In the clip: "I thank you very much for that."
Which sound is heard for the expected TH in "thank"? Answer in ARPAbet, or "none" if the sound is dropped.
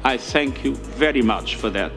TH